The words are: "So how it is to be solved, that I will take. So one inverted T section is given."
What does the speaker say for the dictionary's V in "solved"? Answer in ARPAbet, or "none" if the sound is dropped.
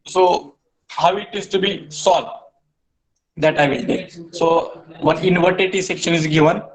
none